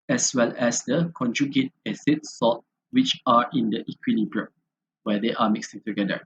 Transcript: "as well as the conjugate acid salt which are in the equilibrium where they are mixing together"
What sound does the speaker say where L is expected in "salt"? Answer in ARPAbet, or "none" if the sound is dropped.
none